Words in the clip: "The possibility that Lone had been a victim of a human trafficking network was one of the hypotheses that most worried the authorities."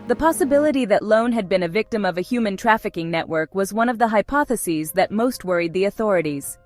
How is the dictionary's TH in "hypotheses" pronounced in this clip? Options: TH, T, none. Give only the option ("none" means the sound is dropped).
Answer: TH